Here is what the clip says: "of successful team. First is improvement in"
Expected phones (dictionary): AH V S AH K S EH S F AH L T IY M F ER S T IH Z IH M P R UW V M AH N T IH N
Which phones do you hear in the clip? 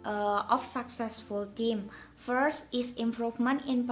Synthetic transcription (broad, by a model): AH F S AH K S EH S F AH L T IY M F ER S T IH S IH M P R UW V M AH N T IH N